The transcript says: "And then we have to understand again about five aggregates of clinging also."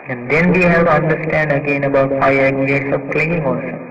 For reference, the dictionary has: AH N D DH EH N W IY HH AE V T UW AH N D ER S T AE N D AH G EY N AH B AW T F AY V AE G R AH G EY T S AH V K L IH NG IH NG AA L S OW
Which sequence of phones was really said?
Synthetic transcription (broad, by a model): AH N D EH N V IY HH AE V T UW AH N D ER S T AE N D AH G EY N AH B AW T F AY AH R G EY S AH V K L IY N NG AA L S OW